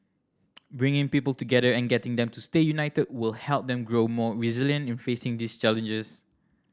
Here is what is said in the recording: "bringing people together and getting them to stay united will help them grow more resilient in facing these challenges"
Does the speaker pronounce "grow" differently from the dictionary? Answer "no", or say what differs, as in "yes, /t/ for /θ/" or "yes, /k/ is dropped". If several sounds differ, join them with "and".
no